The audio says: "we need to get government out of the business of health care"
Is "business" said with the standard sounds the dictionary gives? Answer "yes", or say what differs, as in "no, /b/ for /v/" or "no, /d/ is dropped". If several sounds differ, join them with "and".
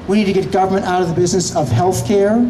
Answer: yes